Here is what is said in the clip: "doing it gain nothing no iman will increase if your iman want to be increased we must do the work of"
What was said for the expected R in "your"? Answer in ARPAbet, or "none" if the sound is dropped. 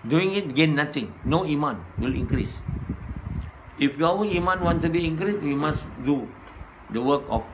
W